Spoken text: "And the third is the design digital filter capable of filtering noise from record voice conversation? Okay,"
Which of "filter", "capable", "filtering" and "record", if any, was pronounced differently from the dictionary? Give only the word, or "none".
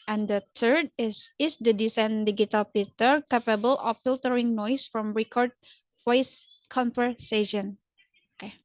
filter